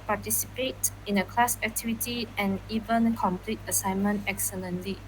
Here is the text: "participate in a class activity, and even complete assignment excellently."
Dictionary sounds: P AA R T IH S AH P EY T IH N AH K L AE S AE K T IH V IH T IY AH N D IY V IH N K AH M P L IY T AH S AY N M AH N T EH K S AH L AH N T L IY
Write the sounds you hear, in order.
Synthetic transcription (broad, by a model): P AA T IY S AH P EY T IH N AH K L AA S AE K T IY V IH T IY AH N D IY V IH N K AH M P L IY T AH S AY N M AH N T EH K S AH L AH N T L IY